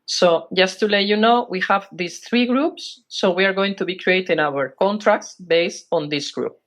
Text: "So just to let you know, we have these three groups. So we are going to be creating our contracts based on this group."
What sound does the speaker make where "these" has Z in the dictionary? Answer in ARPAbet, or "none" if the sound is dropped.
S